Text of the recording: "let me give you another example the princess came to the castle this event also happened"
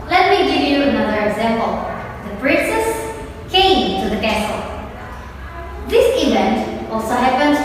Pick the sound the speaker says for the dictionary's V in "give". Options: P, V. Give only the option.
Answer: V